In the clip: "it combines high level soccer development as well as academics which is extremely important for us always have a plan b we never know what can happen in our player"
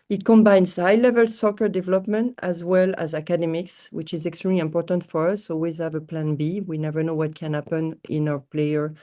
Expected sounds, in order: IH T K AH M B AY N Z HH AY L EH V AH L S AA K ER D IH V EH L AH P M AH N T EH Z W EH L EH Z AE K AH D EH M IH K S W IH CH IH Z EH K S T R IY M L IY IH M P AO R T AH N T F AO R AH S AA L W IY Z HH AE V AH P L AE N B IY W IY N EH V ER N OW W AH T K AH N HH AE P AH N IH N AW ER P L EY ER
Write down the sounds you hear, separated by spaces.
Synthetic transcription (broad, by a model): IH T K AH M B AY N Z HH AY L EH V AH L S AA K ER D IH V EH L AH P M AH N T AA Z W EH L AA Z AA K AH D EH M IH K S W IH CH IH Z EH K S T R IY M L IY IH M P AO R T AH N T F AO R AH S AA L W IY Z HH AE V AH P L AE N B IY W IY N EH V ER N OW W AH T K AH N HH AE P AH N IH N AW ER P L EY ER